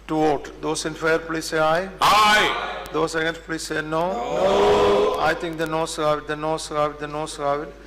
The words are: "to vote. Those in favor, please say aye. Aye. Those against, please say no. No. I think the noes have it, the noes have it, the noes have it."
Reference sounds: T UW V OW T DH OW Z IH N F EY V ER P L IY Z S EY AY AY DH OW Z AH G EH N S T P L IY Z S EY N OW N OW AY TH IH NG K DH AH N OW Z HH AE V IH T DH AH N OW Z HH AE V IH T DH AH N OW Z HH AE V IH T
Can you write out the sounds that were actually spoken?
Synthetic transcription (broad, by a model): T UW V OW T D OW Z IH N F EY ER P L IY S EY AY AY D OW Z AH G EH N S P L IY S EY N OW N OW AY T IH NG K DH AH N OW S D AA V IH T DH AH N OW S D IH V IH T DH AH N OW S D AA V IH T